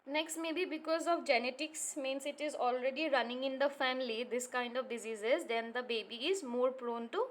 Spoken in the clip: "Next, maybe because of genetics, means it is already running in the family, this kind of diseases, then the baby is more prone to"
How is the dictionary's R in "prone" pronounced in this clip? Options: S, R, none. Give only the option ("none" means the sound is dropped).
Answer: R